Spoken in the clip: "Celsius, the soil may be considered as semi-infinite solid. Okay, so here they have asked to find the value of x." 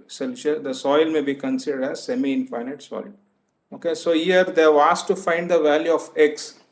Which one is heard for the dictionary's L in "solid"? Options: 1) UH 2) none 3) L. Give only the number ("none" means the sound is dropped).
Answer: 2